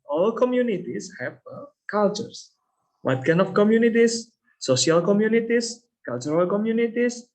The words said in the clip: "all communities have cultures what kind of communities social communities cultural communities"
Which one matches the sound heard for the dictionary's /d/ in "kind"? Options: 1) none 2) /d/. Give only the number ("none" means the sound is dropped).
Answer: 1